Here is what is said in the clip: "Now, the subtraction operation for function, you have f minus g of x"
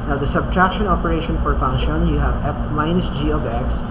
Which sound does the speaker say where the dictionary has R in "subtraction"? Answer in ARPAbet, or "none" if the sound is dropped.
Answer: R